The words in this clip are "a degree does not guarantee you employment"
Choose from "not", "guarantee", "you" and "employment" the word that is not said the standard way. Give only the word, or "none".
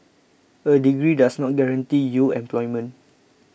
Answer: employment